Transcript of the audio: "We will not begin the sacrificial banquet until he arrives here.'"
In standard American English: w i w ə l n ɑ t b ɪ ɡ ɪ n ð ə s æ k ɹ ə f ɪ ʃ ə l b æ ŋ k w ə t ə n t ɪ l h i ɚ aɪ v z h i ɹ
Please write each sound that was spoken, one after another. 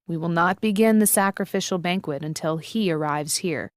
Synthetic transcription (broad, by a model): w i w ə l n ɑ t b ɪ ɡ ɪ n ð ə s æ k ɹ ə f ɪ ʃ l b æ ŋ k w ə t ə n t ɪ l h i ɚ aɪ v z h i ɹ